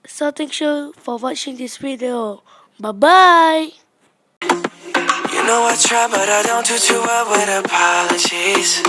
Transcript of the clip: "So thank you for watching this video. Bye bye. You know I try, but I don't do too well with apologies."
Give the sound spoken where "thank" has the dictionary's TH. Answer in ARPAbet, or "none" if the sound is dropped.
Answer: T